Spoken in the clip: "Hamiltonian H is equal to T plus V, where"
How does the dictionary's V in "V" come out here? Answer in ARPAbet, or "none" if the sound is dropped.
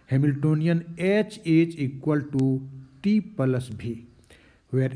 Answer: B